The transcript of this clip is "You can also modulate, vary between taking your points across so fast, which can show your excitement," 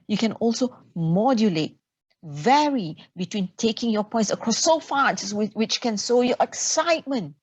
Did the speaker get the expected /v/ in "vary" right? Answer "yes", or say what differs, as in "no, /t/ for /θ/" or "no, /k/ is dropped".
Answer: yes